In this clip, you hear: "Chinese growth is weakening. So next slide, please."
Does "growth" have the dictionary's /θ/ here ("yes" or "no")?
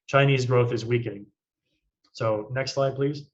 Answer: yes